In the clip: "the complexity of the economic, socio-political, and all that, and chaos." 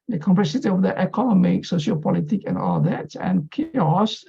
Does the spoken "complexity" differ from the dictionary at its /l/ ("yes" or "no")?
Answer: yes